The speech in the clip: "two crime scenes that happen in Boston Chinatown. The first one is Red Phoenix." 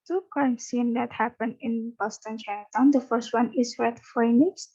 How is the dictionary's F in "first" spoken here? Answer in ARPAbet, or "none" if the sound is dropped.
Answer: F